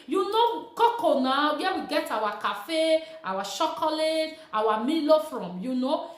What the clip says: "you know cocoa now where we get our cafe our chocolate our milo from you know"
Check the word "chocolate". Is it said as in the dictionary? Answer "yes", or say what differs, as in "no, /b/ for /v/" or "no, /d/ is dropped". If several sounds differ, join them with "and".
no, /ʃ/ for /tʃ/